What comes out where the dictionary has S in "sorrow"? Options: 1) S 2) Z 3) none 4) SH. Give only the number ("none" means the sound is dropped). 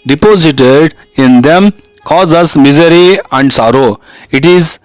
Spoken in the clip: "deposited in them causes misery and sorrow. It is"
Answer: 1